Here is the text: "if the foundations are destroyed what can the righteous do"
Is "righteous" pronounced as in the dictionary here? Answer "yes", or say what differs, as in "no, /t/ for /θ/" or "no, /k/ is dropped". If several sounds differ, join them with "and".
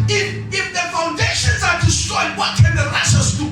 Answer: no, /ʃ/ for /tʃ/